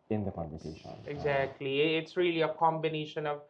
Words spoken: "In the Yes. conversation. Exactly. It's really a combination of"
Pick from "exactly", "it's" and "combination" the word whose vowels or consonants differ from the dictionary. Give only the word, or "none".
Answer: none